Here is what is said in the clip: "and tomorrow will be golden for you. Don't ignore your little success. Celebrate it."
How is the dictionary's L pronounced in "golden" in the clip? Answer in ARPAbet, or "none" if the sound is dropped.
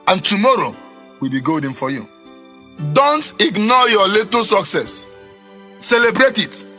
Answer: none